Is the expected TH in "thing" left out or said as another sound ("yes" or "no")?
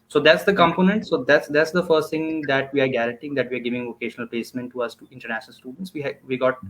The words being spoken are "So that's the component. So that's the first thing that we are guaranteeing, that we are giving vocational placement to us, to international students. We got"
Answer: yes